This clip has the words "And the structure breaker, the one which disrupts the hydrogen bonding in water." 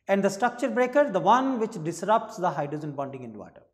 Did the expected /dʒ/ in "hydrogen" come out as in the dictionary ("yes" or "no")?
no